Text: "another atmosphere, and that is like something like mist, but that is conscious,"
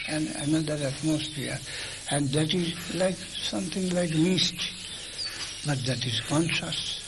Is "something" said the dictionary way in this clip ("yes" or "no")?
no